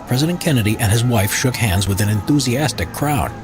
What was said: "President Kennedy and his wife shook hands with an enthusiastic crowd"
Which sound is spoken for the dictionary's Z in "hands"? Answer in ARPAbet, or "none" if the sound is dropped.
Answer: Z